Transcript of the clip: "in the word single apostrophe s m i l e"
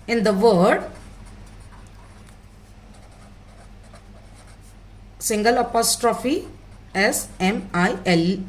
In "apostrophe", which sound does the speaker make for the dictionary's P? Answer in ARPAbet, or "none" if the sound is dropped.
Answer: P